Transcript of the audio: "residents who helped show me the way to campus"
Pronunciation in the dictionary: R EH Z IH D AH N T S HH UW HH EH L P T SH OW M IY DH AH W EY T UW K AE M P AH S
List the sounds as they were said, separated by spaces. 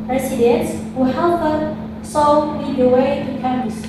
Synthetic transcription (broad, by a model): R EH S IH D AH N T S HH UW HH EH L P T S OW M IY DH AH W EY T UW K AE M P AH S